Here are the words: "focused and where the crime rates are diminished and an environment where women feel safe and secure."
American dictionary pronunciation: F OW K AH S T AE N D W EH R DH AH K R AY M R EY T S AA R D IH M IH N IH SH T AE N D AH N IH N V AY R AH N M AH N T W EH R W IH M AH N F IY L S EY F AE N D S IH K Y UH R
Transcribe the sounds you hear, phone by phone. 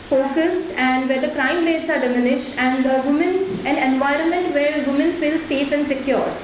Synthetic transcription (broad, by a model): F OW K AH S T AE N D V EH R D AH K R AY M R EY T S AA R D IH M IH N IH SH T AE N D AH N IH N V AY R AH N M AH N T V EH R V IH M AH N F IY L S EY F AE N D S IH K Y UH R